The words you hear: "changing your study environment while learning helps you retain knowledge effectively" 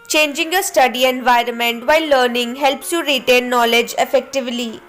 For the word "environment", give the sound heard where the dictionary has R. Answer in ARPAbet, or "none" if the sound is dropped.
R